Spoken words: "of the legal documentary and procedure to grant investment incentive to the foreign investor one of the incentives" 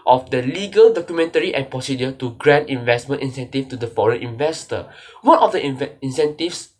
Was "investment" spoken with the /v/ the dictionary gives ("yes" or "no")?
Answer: yes